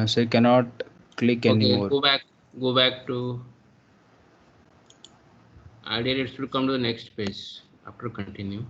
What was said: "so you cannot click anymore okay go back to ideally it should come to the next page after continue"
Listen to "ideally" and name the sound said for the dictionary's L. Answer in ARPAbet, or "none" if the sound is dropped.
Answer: none